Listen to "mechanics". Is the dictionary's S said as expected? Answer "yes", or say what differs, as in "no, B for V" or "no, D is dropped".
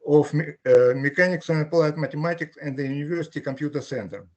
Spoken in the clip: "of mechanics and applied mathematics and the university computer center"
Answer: yes